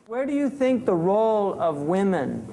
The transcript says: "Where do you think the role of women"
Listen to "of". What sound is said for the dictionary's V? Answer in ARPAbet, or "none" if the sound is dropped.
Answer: V